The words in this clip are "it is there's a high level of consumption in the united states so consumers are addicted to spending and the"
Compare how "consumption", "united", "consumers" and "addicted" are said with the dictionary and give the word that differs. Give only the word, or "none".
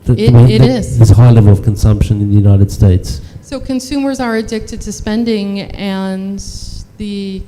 none